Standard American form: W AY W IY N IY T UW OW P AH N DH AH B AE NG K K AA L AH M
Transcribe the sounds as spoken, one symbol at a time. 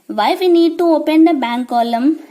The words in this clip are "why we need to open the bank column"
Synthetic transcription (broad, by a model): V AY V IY N IY T UW OW P AH N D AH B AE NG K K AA L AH M